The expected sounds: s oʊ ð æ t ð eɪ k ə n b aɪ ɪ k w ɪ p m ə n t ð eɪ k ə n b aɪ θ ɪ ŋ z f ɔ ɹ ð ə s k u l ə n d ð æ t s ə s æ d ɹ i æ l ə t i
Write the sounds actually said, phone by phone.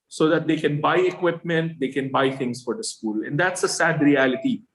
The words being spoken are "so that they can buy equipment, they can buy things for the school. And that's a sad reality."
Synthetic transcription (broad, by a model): s oʊ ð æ t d eɪ k ə n b aɪ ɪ k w ɪ p m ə n t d eɪ k ə n b aɪ t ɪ ŋ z f ɔ ɹ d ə s k u l ə n d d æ t s ə s æ d ɹ i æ l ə t i